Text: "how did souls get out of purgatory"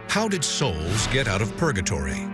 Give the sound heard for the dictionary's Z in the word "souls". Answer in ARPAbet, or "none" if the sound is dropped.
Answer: Z